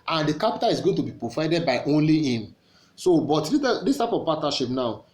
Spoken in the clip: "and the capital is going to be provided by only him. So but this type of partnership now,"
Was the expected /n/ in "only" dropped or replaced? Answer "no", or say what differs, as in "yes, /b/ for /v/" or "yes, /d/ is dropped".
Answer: no